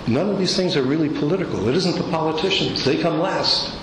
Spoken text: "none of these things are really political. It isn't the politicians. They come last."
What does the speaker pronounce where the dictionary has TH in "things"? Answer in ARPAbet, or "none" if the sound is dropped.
TH